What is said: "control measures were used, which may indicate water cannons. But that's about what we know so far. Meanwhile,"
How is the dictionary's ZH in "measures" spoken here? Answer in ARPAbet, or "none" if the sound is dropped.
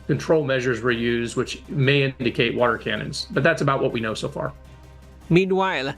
ZH